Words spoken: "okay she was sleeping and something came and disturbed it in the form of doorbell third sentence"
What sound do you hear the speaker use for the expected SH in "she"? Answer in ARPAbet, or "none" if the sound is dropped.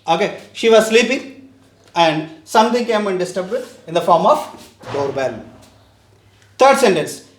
SH